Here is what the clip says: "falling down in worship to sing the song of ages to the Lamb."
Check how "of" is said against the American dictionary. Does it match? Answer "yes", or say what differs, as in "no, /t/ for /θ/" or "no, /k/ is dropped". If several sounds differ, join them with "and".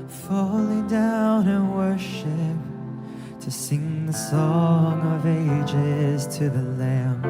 yes